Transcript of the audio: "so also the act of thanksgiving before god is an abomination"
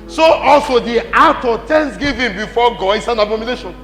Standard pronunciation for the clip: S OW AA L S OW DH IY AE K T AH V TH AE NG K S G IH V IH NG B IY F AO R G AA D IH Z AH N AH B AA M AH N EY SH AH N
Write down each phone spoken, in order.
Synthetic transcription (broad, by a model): S OW AA L S OW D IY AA T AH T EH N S G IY V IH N B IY F AO G AA D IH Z AH N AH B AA M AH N EY SH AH N